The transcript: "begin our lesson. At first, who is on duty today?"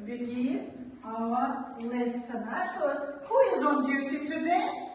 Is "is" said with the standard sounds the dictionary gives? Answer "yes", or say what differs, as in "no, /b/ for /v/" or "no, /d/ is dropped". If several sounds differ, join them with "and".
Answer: yes